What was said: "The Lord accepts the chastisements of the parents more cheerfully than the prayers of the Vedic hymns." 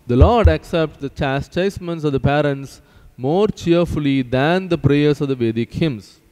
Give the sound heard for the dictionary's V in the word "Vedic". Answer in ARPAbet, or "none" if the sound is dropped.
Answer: V